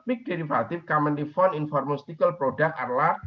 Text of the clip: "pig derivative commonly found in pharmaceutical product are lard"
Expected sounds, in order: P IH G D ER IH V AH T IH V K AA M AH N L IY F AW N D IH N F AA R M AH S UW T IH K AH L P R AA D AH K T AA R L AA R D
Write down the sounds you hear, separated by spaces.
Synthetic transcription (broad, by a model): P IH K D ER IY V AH T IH F K AA M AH N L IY F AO N IH N F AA R M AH S T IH K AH L P R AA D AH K AA R L AA